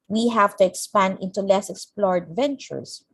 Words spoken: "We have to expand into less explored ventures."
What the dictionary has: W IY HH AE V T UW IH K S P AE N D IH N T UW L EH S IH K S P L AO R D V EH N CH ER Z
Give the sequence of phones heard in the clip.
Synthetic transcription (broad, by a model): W IY HH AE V T UW IH K S P AE N D IH N T UW L EH S IH K S P L AO R D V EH N CH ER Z